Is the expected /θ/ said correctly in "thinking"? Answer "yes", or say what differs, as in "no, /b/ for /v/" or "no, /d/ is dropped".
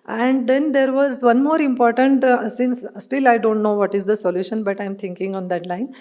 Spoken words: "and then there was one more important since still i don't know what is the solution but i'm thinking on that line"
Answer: no, /t/ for /θ/